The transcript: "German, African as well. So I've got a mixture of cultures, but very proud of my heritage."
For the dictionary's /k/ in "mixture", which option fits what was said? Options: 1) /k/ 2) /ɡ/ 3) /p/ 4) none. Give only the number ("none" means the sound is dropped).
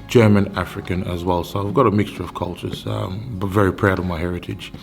1